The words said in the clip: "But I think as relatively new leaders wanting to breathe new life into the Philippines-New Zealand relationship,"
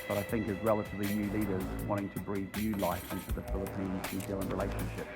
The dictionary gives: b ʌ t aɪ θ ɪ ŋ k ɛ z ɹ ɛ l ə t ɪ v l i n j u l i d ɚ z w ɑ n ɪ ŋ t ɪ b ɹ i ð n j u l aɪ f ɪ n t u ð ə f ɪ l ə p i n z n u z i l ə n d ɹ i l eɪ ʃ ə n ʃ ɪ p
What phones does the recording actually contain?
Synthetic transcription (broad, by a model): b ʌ t aɪ θ ɪ ŋ k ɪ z ɹ ɛ l ə t ɪ v l i n j u l i d ɚ z w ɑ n ɪ ŋ t ɪ b ɹ i ð n j u l aɪ f ɪ n t u ð ə f ɪ l ə p i n z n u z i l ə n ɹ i l eɪ ʃ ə n ʃ ɪ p